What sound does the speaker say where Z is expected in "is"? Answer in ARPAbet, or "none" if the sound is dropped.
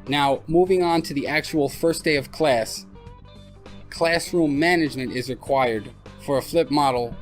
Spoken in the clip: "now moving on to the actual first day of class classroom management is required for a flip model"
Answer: Z